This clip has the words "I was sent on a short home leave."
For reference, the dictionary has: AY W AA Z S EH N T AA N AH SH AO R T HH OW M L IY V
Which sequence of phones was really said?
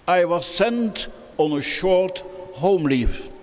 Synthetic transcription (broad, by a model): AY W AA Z S EH N T AA N AH SH AO R T HH OW M L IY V